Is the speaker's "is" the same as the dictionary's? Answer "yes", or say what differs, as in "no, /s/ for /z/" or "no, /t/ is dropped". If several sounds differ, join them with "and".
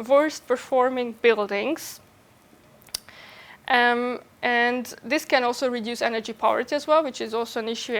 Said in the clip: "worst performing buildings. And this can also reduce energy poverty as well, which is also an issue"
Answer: yes